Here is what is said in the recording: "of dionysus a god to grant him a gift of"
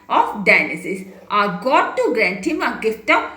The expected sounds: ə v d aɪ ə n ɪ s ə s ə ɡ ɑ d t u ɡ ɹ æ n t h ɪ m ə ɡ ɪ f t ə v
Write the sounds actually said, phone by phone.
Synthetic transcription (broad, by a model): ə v d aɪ n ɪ s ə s ə ɡ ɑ t u ɡ ɹ æ n t h ɪ m ə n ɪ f t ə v